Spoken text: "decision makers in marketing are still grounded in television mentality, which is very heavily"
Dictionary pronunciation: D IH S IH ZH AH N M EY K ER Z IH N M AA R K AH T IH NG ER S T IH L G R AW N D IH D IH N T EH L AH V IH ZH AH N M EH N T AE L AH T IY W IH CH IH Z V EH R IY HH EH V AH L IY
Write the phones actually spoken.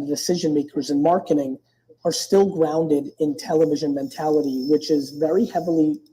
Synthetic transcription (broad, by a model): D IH S IH ZH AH N M EY K ER Z IH N M AA R K AH T IH NG ER S T IH L G R AW N D IH D IH N T EH L AH V IH ZH AH N M EH N T AE L AH T IY W IH CH IH Z V EH R IY HH EH V L IY